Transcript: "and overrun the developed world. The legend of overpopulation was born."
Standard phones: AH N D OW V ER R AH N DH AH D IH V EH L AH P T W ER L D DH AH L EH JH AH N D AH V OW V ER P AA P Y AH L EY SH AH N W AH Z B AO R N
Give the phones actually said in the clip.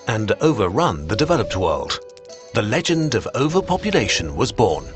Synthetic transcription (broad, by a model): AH N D OW V ER R AH N DH AH D IH V EH L AH P T W ER L D DH AH L EH JH AH N D AH V OW V ER P AA P Y AH L EY SH AH N W AH Z B AO R N